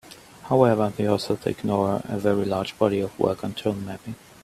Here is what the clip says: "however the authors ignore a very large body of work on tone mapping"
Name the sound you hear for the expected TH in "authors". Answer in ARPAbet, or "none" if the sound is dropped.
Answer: S